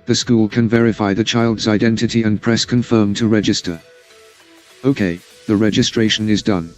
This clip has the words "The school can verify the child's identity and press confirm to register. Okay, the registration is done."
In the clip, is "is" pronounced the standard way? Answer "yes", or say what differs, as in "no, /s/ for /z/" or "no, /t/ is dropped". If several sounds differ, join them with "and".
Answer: yes